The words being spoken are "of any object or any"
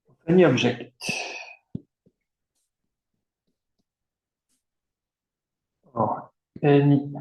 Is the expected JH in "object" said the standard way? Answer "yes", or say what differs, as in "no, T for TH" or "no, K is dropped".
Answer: no, ZH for JH